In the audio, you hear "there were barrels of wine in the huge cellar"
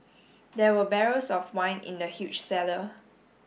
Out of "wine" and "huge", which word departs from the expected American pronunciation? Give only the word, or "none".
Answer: huge